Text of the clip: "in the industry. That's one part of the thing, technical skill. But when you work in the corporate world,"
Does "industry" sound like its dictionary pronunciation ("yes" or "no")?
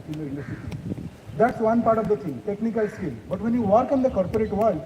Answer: no